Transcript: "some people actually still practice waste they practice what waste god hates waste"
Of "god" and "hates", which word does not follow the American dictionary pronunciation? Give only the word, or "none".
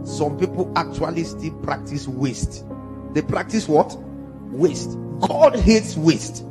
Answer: none